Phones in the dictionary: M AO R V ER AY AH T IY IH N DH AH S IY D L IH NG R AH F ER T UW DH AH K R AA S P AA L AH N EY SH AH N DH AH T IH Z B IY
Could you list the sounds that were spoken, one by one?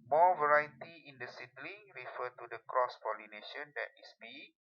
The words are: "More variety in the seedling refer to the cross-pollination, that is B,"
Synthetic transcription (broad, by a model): M AO V ER AY AH T IY IH N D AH S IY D L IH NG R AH F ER T UW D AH K R AA S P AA L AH N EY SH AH N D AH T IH S B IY